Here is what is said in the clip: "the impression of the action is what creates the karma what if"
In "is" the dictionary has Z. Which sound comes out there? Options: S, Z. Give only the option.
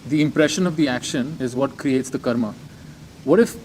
Z